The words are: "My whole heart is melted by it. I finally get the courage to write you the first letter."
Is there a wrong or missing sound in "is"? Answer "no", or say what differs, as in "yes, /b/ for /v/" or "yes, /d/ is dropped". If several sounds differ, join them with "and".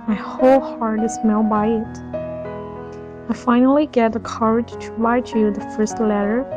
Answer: yes, /s/ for /z/